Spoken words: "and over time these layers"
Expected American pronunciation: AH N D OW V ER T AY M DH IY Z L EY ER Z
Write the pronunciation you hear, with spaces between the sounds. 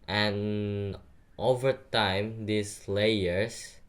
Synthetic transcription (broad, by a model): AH N OW V ER T AY M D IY S L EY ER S